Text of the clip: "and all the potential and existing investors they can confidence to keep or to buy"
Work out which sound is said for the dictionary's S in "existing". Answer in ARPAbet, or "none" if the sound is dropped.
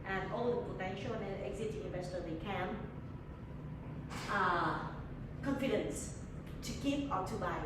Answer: none